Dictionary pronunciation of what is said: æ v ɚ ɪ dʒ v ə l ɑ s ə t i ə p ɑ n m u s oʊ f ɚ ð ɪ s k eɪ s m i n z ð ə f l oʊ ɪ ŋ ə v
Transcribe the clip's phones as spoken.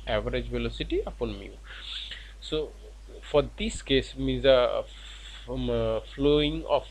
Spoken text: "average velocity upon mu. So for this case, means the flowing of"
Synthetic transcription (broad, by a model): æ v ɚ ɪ dʒ v ə l ɑ s ə t i ə p ɑ n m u s oʊ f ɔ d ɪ s k eɪ s m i z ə f l oʊ ɪ ŋ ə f